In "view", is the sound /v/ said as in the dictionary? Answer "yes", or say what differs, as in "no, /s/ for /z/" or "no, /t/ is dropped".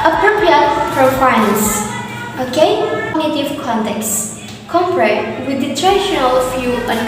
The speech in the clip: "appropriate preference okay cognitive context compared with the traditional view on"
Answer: no, /f/ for /v/